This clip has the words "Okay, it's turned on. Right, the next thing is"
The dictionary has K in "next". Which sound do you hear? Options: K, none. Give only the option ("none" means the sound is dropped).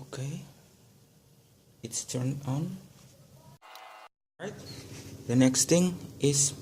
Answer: K